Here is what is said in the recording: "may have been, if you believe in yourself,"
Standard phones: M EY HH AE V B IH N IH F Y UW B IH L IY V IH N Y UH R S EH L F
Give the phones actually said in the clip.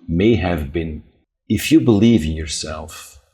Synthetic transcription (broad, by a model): M EY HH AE V B IH N IH F Y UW B IH L IY V IH N Y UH R S EH L F